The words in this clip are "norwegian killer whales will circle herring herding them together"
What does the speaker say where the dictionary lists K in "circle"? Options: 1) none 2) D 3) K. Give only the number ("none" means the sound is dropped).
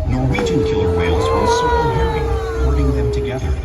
1